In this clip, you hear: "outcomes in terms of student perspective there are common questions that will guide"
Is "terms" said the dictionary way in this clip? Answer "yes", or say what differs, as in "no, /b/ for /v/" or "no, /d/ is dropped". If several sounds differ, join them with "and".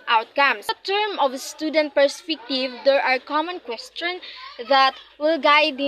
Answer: no, /z/ is dropped